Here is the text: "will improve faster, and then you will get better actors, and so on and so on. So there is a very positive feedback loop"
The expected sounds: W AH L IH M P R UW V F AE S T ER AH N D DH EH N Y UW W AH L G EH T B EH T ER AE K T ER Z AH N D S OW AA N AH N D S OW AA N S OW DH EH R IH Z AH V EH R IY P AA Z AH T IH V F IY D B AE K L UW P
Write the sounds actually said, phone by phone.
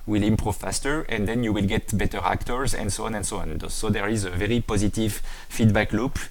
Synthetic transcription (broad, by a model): W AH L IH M P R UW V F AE S T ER AH N D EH N Y UW W AH L G EH T B EH T ER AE K T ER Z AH N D S OW AA N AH N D S OW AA N S OW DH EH R IH Z AH V EH R IY P AA Z AH T IH V F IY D B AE K L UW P